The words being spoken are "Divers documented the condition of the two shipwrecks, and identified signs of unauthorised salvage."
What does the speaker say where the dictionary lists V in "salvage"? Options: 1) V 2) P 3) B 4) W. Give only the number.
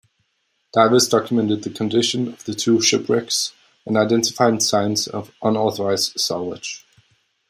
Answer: 4